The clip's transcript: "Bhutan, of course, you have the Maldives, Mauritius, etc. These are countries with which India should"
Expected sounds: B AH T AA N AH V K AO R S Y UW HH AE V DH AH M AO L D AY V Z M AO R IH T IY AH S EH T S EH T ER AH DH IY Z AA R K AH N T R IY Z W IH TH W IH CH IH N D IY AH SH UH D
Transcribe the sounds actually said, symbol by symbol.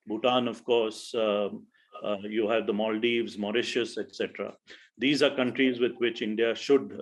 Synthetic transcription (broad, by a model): B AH T AA N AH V K AO R S Y UW HH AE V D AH M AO L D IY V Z M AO R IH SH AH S EH T S EH T ER AH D IY Z AA R K AH N T R IY Z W IH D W IH CH IH N D IY AH SH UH D